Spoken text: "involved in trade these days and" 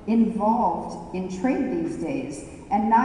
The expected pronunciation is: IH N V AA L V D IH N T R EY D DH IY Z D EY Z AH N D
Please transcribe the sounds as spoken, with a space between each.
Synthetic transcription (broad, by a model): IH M V AA L V D IH N T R EY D DH IY Z D EY Z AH N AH